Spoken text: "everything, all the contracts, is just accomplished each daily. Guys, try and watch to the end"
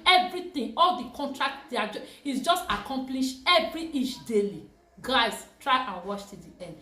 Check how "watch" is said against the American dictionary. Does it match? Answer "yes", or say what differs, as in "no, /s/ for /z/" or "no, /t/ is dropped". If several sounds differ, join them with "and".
no, /ʃ/ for /tʃ/